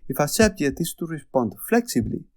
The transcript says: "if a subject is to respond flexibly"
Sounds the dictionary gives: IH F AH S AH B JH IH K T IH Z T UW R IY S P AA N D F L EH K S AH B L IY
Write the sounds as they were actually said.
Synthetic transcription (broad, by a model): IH F AH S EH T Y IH T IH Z T UW R IY S P AA N D F L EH K S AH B L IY